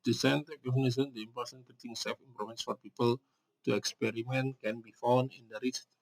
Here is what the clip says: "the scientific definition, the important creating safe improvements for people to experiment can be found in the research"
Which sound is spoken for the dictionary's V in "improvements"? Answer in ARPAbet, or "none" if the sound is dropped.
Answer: none